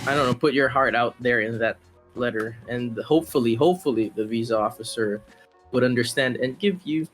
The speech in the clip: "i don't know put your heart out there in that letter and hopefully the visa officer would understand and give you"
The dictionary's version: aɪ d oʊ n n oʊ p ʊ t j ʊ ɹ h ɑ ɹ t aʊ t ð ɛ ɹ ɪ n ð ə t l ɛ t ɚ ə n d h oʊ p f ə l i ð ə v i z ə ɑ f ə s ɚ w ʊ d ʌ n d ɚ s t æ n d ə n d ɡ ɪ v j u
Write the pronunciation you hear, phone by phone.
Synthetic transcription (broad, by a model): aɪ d oʊ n n oʊ p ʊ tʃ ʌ ɹ h ɑ ɹ t aʊ t ð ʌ ɹ ɪ n ð ə t l ɛ t ɚ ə n h oʊ p f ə l i ð ə v i z ə ɑ f ə s ɚ w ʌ d ʌ n d ɚ s t æ n d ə n ɡ ɪ v j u